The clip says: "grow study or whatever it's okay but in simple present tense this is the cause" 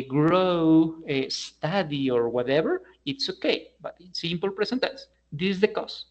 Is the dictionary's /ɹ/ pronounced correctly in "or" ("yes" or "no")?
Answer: yes